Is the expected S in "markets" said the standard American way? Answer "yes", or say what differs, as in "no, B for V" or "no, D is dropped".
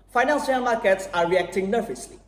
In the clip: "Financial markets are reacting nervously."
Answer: yes